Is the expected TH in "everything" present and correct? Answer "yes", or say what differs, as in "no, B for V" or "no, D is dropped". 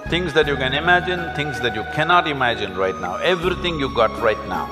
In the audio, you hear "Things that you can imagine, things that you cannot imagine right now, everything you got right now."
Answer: no, T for TH